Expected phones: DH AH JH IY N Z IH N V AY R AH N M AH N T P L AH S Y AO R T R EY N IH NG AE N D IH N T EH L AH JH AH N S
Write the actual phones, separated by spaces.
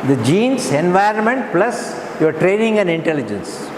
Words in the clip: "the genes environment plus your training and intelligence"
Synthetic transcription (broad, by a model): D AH JH IY N S IH N V AY R AH N M AH N T P L AH S Y AO R T R EY N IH NG AE N D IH N T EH L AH JH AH N S